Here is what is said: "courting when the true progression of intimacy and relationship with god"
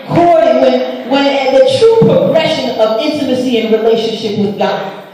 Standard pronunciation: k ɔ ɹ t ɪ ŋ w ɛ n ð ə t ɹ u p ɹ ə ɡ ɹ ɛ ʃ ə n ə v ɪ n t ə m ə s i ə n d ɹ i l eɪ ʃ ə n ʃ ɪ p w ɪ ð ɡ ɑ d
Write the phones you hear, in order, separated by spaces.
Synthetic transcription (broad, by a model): k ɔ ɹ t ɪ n w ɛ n ð ə t ɹ u p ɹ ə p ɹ ɛ ʃ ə n ə v ɪ n t ə m ə s i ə n ɹ i l eɪ ʃ ə n ʃ ɪ p w ɪ ð ɡ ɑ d